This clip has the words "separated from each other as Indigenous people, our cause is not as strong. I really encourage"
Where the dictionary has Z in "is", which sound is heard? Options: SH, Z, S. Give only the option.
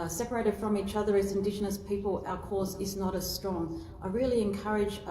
Z